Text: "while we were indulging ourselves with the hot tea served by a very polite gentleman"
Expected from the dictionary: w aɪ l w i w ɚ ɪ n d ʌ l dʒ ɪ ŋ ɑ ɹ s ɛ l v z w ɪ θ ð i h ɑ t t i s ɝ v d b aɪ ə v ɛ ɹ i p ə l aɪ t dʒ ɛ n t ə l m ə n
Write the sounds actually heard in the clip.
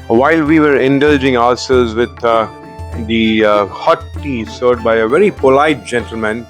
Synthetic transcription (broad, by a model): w aɪ l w i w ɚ ɪ n d ʌ l dʒ ɪ ŋ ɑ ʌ s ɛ l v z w ɪ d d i h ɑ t t i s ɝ d b aɪ ə v ɛ ɹ i p ə l aɪ t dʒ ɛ n t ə l m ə n